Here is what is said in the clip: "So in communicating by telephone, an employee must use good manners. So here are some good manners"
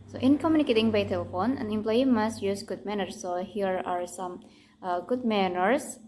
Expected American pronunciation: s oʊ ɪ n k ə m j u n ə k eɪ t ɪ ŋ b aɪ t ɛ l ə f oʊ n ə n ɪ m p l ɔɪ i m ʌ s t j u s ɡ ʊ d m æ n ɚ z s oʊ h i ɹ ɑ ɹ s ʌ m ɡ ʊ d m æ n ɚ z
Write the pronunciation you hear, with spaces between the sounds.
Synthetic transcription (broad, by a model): s oʊ ɪ n k ə m j u n ə k eɪ t ɪ ŋ b aɪ t ɛ l ə f oʊ n ə n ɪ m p l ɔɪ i m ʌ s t j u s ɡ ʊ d m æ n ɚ s oʊ h i ɹ ɑ ɹ s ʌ m ɡ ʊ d m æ n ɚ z